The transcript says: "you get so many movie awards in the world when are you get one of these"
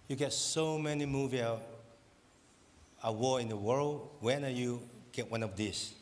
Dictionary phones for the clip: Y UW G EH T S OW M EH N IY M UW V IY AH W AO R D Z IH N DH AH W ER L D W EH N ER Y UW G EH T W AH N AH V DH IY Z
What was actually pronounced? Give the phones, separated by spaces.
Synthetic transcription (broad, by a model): Y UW G EH T S OW M EH N IY M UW V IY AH W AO IH N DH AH W ER L D W EH N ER Y UW G EH T W AH N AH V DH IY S